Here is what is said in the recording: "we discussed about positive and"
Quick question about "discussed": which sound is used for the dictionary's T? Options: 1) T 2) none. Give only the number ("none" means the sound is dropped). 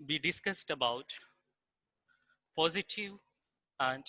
1